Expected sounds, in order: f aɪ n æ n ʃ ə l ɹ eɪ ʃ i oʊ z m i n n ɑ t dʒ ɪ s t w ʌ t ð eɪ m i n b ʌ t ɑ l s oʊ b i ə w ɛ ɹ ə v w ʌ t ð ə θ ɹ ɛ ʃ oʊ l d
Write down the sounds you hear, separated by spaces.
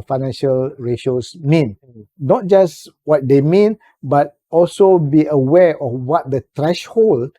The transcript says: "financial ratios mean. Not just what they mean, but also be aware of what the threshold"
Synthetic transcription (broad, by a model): f aɪ n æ n ʃ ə l ɹ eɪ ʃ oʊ s m i n n ɑ t dʒ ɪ s w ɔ t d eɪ m i n b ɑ t ɑ l s oʊ b i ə w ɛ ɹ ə f w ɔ t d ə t ɹ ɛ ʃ oʊ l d